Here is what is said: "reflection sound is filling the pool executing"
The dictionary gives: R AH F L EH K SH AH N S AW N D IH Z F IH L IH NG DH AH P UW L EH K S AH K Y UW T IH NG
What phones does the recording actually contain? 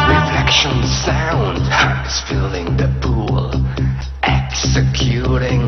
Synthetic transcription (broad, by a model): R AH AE K SH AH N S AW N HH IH S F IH L IH NG DH AH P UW L EH K S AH K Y UW T IH NG